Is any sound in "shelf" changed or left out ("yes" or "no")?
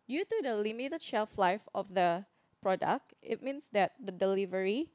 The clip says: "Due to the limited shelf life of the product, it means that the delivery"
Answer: no